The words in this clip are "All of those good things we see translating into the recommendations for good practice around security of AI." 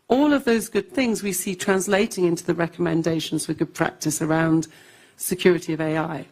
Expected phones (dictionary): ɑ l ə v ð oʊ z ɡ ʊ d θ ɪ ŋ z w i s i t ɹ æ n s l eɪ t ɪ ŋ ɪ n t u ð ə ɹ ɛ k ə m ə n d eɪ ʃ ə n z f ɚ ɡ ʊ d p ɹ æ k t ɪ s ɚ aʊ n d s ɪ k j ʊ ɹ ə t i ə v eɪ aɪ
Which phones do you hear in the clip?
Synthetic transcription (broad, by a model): ɑ l ə v ð oʊ z ɡ ʊ d θ ɪ ŋ z w i s i t ɹ æ n s l eɪ t ɪ ŋ ɪ n t u ð ə ɹ ɛ k ə m ə n d eɪ ʃ ə n z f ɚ ɡ ʊ d p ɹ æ k t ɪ s ɚ aʊ n d s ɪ k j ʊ ɹ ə t i ə v eɪ aɪ